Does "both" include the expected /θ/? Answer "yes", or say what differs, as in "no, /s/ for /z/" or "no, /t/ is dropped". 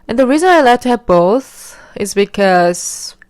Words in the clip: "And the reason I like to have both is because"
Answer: yes